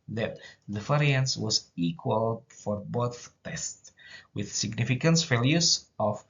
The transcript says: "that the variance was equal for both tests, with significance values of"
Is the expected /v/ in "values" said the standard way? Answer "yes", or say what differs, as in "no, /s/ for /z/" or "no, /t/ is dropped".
no, /f/ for /v/